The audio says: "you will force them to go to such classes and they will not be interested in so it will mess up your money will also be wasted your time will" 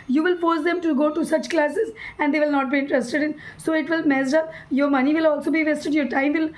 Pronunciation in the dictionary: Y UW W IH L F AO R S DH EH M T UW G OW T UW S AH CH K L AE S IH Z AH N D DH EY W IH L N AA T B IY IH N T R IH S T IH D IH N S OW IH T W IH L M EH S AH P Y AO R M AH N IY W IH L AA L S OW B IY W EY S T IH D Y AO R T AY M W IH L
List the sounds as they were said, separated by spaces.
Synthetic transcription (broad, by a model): Y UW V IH L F AO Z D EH M T UW G OW T UW S AH CH K L AE S IH Z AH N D EY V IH L N AA T B IY IH N T R IH S T IH D IH N S OW IH T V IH L M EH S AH Y AO R M AH N IY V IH L AA L S OW B IY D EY S T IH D Y AO R T AY M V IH L